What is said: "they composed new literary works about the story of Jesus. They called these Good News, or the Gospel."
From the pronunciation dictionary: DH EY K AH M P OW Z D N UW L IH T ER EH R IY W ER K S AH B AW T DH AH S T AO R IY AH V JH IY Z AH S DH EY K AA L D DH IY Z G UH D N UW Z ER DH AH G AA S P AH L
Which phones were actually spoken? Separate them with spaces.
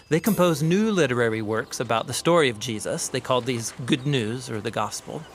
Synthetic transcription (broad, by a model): DH EY K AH M P OW Z N UW L IH T ER EH R IY W ER K S AH B AW T DH AH S T AO R IY AH V JH IY Z AH S DH EY K AA L D DH IY Z G UH D N UW Z ER DH AH G AA S P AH L